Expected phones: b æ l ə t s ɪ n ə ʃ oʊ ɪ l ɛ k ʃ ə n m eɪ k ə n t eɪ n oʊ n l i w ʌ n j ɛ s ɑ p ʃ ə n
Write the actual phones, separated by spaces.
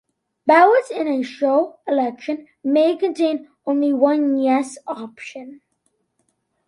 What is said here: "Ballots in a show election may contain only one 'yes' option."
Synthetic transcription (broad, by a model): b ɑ ə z ɪ n ə ʃ oʊ ɪ l ɛ k ʃ ə n m eɪ k ə n t eɪ n oʊ n l i w ʌ n j ɛ s ɑ p ʃ ə n